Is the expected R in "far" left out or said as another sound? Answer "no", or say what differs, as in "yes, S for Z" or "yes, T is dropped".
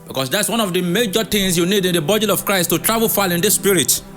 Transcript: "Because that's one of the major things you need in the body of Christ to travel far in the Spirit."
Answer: yes, L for R